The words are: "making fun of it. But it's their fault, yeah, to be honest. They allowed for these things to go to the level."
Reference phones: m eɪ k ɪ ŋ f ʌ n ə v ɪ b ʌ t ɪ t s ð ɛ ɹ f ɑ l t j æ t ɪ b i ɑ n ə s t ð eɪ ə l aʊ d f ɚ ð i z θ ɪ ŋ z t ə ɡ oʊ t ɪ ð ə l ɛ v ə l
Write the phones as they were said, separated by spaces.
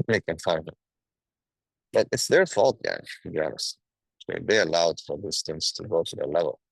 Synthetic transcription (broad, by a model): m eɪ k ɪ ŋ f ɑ ə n ɪ b ʌ t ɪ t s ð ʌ ɹ f ɑ l t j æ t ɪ b i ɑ n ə s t ð eɪ ə l aʊ d f ɚ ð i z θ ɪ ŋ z t ə ɡ oʊ t ɪ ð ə l ɛ v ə l